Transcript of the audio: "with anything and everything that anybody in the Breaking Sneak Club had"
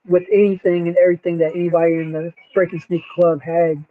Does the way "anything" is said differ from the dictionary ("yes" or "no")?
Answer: no